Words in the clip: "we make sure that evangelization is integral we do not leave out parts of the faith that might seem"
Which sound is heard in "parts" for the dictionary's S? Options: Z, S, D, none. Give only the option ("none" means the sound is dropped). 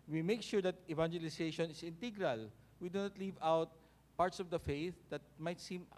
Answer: S